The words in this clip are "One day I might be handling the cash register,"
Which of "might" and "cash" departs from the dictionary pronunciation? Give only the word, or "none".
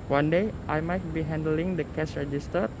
cash